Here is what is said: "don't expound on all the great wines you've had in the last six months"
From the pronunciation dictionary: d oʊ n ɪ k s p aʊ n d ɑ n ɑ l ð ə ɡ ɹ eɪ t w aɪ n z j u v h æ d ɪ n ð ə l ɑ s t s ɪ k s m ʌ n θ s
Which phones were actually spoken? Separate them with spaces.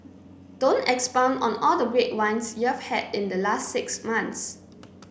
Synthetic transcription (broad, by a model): d oʊ n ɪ k s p aʊ n ɑ n ɑ l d ə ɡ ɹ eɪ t w aɪ n s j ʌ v h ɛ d ɪ n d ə l ɑ s t s ɪ k s m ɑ n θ s